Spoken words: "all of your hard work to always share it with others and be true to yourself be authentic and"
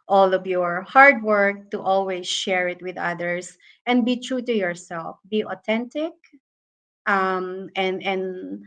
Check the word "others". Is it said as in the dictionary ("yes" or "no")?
no